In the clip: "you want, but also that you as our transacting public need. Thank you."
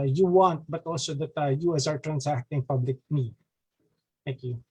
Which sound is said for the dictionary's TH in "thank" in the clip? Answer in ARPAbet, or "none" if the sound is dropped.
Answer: T